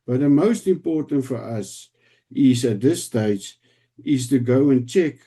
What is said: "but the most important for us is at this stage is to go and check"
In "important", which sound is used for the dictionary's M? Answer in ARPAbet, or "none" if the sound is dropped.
M